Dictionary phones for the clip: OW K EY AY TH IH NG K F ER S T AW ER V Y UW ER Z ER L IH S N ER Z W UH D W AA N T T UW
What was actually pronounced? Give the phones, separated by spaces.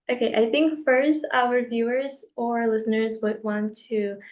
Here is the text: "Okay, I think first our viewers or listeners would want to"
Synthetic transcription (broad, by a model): OW K EY AY TH IH NG K F ER S T AW ER V Y UW ER Z ER L IH S N ER Z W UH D W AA N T T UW